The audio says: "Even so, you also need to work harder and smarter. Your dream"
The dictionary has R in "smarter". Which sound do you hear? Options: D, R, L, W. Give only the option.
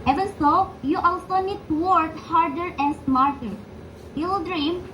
R